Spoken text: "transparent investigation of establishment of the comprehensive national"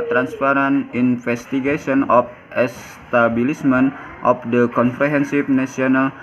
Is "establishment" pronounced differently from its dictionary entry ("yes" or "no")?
yes